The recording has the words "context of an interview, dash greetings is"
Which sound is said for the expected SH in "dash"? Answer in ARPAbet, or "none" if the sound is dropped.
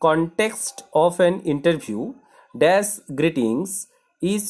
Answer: S